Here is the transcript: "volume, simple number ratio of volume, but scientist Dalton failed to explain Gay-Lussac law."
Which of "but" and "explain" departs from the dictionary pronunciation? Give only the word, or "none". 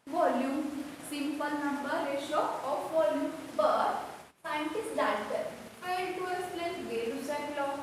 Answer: explain